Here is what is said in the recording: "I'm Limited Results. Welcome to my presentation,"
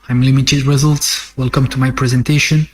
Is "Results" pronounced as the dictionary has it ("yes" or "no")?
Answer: yes